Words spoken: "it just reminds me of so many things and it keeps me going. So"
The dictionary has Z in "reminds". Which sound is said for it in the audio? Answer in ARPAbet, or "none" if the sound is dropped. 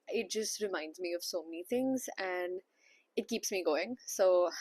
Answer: Z